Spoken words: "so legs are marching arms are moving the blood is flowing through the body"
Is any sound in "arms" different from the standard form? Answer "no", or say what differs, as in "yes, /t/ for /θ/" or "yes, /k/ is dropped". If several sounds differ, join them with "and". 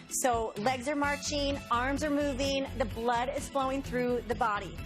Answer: no